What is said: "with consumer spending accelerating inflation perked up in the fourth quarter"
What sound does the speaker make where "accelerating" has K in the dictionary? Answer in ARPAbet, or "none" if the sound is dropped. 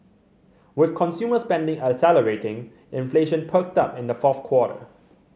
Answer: none